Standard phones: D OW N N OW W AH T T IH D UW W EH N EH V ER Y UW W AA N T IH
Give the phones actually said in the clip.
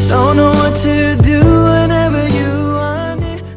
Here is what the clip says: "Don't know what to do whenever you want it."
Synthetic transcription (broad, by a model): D OW N N OW W AH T T IH D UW W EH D EH V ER Y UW W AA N IH